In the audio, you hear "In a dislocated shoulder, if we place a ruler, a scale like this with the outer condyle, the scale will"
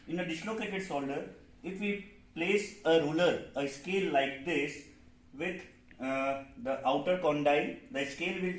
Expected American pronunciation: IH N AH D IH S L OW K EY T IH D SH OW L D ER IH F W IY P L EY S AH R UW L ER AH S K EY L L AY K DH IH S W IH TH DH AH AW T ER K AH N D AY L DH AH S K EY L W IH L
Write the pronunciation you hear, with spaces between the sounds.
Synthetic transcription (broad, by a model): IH N AH D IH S L OW K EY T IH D S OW L D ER IH F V IY P L EY S AH R UW L ER AH S K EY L L AY K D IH S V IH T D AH AW T ER K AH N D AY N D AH S K EY L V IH